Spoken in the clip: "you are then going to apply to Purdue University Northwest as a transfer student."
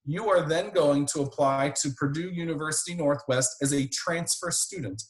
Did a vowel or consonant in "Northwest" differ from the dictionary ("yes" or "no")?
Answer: no